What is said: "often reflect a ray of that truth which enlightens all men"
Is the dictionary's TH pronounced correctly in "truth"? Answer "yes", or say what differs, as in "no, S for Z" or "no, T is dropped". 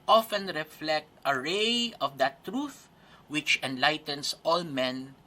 yes